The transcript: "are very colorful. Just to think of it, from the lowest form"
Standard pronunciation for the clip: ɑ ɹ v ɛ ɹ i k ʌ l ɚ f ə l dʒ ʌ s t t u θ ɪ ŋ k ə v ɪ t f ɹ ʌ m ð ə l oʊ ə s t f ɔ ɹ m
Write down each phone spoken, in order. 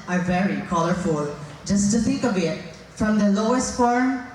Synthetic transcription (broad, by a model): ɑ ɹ v ɛ ɹ i k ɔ l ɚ f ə l dʒ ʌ s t t u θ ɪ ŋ k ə b ɪ t f ɹ ʌ m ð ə l oʊ ə s t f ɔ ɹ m